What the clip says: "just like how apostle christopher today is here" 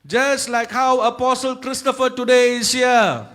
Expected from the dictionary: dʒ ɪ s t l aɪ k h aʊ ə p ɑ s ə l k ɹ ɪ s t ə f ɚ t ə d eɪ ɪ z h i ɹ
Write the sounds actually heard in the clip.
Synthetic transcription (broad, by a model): dʒ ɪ s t l aɪ k h aʊ ə p ɑ s ə l k ɹ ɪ s t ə f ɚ t ə d eɪ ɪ s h i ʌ